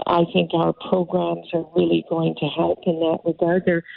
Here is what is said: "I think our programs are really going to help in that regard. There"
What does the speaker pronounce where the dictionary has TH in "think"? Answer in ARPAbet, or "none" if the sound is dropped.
TH